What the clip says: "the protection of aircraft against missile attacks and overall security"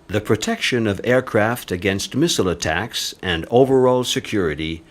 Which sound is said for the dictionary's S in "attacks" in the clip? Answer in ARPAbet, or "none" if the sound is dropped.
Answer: S